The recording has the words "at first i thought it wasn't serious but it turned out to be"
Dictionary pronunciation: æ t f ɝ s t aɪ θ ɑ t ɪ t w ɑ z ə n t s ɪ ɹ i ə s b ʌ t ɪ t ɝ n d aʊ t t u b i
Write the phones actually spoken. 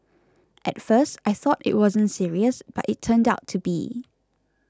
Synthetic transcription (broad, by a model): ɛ t f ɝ s t aɪ θ ɑ t ɪ t w ɑ z ə n t s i ɹ i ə s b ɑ t ɪ t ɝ n d aʊ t t u b i